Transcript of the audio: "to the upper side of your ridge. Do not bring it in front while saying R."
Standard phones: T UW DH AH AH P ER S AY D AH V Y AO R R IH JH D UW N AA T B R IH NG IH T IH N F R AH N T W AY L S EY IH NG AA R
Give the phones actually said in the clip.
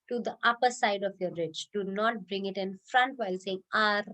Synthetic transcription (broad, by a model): T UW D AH AH P ER S AY D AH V Y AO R R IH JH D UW N AA T B R IH NG IH T IH N F R AH N T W AY L S EY IH NG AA R